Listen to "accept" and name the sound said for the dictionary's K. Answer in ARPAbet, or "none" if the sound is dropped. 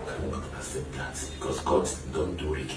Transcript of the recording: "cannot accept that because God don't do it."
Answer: none